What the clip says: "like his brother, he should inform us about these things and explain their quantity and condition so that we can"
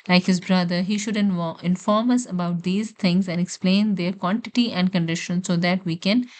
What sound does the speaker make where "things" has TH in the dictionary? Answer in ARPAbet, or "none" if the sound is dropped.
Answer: T